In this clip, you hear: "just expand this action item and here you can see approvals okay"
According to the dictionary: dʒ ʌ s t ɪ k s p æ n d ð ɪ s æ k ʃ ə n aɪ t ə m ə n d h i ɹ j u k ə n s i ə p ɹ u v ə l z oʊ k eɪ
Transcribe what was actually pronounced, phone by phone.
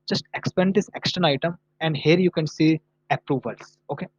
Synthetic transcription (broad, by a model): dʒ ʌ s t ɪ k s p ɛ n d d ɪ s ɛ k s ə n aɪ t ə m ə n d h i ɹ j u k ə n s i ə p ɹ u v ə l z oʊ k eɪ